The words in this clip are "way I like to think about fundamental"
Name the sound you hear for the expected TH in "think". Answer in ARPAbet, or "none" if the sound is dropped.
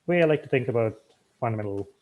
TH